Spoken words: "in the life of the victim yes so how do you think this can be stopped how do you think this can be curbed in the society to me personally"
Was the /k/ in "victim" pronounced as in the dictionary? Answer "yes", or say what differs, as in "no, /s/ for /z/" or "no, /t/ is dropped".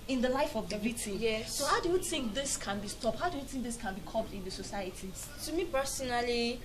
no, /k/ is dropped